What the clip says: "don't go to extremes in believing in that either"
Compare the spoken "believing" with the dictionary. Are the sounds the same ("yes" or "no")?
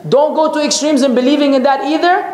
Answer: yes